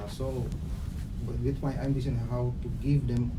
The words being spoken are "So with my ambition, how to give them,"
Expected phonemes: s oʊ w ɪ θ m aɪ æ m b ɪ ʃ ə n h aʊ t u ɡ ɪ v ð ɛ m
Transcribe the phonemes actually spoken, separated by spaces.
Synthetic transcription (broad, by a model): s oʊ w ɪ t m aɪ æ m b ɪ s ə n h aʊ t u ɡ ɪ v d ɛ m